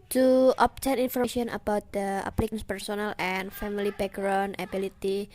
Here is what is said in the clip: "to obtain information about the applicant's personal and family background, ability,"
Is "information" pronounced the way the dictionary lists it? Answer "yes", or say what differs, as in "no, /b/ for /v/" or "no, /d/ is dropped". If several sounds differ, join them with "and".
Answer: no, /ʃ/ is dropped